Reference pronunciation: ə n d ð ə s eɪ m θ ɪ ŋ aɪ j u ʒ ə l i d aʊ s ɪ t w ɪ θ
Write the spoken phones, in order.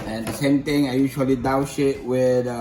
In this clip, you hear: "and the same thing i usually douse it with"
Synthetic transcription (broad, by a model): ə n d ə s eɪ m t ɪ ŋ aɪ j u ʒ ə l i d aʊ ʃ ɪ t w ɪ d